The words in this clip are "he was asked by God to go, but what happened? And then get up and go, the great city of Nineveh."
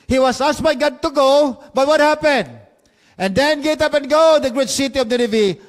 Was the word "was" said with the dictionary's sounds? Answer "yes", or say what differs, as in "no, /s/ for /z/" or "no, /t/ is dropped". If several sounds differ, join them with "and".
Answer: no, /s/ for /z/